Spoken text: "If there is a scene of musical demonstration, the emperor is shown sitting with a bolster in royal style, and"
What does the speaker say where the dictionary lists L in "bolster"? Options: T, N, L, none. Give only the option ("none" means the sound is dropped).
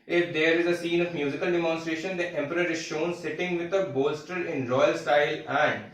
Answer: L